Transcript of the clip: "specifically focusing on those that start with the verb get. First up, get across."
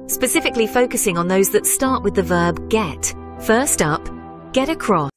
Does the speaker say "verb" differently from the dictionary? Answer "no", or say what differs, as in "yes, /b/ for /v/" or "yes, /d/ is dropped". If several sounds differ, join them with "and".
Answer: no